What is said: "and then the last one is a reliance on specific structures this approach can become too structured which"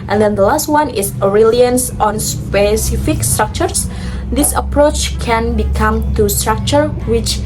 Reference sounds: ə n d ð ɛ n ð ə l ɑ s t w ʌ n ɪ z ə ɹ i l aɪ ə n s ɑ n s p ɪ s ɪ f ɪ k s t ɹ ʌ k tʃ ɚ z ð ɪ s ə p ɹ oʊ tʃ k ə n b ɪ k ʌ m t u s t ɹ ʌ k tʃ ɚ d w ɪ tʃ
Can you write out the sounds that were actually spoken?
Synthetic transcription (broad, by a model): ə n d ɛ n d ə l ɑ s t w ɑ n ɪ s ə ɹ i l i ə n s ɑ n s p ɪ s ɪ f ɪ k s t ɹ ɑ k tʃ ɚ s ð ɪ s ə p ɹ oʊ tʃ k ə n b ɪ k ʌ m t u s t ɹ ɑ k tʃ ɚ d w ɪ tʃ